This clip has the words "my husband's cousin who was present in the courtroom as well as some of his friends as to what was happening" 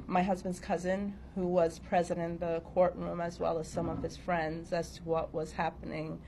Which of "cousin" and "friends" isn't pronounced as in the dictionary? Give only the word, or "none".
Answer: none